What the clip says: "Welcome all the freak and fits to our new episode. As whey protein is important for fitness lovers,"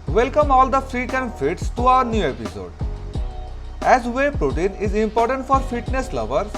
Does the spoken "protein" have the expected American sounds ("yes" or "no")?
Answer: yes